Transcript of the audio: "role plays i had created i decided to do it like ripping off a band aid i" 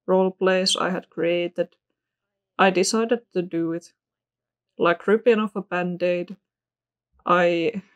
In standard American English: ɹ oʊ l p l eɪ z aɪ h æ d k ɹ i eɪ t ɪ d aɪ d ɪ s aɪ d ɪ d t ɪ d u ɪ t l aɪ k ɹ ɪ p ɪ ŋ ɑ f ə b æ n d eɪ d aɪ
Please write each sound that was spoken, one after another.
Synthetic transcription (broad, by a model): ɹ oʊ l p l eɪ s aɪ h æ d k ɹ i eɪ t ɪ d aɪ d ɪ s aɪ d ɪ d t ɪ d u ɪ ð l aɪ k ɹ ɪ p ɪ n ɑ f ə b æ n d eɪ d aɪ